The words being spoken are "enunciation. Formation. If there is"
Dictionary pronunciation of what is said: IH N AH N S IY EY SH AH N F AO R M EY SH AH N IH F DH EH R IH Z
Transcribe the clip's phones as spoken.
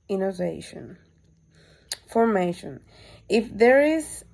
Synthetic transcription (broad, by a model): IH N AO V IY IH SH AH N F AO R M EY SH AH N IH F DH EH R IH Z